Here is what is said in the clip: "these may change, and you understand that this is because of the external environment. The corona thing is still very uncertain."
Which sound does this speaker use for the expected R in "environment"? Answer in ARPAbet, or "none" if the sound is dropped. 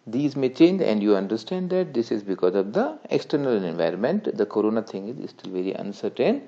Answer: R